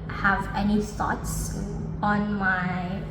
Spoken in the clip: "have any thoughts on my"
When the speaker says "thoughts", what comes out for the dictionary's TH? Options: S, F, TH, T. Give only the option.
S